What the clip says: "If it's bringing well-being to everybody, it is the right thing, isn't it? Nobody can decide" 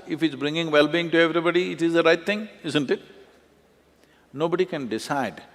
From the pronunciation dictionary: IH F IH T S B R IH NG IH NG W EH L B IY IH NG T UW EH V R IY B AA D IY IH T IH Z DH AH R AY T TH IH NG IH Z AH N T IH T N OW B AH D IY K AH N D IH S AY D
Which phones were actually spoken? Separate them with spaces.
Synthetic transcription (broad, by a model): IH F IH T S B R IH NG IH NG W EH L B IY IH NG T UW EH V R IY B AA D IY IH T IH Z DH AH R AY T T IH NG IH Z AH N T IH T N OW B AH D IY K AH N D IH S AY D